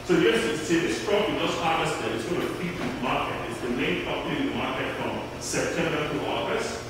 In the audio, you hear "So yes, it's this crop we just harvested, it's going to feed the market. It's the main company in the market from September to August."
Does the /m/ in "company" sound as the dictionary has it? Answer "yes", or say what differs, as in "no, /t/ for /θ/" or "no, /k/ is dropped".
no, /m/ is dropped